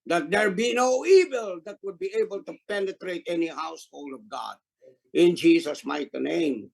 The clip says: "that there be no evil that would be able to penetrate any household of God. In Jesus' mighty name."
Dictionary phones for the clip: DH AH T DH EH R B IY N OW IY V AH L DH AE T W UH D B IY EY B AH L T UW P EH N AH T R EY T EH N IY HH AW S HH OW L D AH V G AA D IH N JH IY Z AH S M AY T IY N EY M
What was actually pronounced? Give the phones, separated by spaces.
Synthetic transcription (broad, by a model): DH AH T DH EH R B IY N OW IY V AH L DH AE T W UH D B IY EY B AH L T UW P EH N AH T R EY T EH N IY HH AW S HH OW L D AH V G AA D IH N JH IY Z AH S M AY T IY N EY M